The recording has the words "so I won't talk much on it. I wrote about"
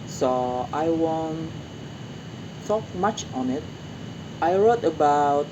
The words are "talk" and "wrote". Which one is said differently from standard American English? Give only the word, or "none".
none